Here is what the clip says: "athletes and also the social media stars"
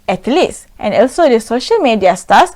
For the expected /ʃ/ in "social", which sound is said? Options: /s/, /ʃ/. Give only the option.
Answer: /ʃ/